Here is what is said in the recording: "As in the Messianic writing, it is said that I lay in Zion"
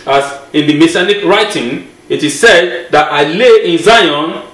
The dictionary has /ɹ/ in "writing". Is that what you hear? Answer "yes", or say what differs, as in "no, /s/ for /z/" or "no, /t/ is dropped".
yes